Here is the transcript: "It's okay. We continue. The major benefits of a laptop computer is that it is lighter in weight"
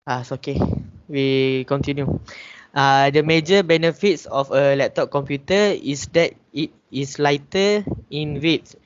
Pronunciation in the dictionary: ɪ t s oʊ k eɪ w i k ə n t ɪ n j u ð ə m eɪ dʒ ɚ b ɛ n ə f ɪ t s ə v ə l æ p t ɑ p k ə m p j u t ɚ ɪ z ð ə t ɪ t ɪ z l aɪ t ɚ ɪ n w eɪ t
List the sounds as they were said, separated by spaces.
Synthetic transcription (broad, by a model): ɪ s oʊ k eɪ w i k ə n t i n j u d ə m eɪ dʒ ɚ b ɛ n ə f ɪ t s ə f ə l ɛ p t ɑ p k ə m p j u t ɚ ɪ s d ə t ɪ t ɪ s l aɪ t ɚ ɪ n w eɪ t